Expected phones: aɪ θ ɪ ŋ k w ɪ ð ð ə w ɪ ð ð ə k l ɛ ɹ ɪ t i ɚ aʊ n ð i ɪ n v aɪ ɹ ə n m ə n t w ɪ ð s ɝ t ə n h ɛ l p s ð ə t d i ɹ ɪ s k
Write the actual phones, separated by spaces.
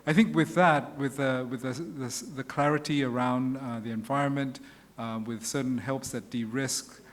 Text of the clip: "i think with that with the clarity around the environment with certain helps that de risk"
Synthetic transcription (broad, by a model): aɪ θ ɪ ŋ k w ɪ ð ð ə w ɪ ð ð ə k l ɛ ɹ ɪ t i ɚ aʊ n ð i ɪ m v aɪ ɹ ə n m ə n t w ɪ ð s ɝ t n h ɛ l p s ð ə t d i ɹ ɪ s k